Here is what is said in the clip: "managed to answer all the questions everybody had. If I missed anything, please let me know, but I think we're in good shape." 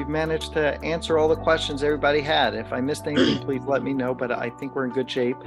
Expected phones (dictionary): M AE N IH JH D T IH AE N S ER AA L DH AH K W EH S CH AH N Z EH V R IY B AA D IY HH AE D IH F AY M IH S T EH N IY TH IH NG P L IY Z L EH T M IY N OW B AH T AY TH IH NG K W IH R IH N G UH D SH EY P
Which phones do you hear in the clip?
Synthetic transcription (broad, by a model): M AE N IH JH T IH AE N S ER AA L DH AH K W EH S CH AH N Z EH V R IY B AA D IY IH D IH F AY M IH S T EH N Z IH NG P L IY Z L EH T M IY N OW B AH T AY TH IH NG K W IH R IH N G UH D SH EY P